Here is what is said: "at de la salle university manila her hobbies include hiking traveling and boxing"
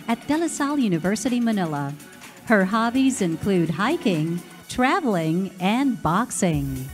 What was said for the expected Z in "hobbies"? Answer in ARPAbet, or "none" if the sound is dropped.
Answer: Z